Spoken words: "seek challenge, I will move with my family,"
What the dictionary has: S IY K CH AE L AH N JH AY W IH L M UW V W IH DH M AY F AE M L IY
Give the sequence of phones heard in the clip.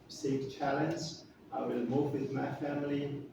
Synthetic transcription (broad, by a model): S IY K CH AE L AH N Z AY W IH L M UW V W IH DH M AY F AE M L IY